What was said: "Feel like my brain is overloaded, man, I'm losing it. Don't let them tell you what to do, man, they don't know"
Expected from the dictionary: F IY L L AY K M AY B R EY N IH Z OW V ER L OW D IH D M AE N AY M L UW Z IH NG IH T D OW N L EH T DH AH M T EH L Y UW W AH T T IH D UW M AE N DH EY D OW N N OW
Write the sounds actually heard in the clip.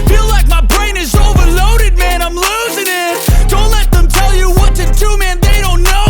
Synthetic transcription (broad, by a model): F IY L L AY K M AY B R EY N IH Z OW V ER L OW D IH D M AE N AY M L UW Z IH NG IH T D OW N L EH T DH AH M T EH L Y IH W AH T T IH D UW M AE N DH EY D OW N N OW